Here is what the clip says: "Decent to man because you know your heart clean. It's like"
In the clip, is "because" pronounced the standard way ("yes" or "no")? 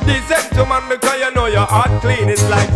no